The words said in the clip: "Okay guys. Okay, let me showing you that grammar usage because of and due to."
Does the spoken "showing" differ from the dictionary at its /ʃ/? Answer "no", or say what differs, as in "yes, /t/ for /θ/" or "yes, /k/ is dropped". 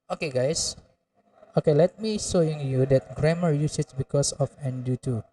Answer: yes, /s/ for /ʃ/